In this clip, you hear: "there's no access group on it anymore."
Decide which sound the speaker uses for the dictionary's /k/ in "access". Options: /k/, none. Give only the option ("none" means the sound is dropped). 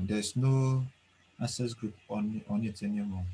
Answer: none